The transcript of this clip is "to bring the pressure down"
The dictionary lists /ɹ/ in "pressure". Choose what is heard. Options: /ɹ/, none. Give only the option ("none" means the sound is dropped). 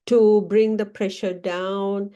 /ɹ/